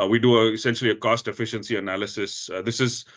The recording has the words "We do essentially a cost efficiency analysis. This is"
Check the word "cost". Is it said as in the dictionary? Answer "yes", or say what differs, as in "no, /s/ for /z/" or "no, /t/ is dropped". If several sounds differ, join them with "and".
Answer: yes